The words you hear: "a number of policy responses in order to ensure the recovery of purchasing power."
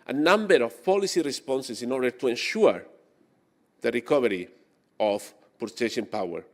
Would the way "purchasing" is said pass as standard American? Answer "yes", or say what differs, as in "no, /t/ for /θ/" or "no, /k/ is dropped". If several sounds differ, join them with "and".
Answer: no, /ʃ/ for /s/